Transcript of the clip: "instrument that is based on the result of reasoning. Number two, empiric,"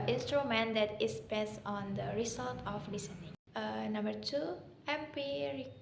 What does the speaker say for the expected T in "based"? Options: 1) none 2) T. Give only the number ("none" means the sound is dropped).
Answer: 1